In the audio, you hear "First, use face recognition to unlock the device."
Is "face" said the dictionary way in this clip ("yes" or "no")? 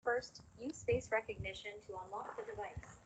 no